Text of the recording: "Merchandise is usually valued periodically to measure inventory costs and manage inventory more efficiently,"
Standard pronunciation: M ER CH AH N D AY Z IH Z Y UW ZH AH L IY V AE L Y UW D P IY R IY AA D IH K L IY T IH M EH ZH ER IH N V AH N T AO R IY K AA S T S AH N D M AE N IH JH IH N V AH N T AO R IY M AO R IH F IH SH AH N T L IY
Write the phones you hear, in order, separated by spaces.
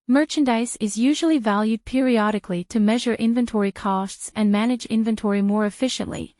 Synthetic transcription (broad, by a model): M ER CH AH N D AY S IH Z Y UW ZH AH L IY V AE L Y UW D P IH R IY AA D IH K L IY T IH M EH ZH ER IH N V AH N T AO R IY K AA S T S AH N M AE N IH JH IH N V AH N T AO R IY M AO R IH F IH SH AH N T L IY